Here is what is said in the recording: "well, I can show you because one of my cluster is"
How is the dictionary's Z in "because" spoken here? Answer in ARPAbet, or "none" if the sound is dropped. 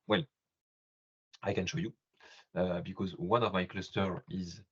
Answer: Z